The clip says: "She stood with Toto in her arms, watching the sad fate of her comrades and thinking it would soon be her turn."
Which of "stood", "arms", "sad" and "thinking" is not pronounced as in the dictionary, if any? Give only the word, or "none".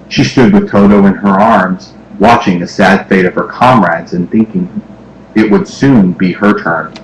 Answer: none